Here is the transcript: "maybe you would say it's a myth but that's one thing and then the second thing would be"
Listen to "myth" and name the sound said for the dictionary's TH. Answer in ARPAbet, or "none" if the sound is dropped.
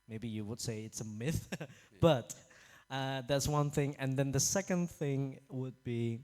TH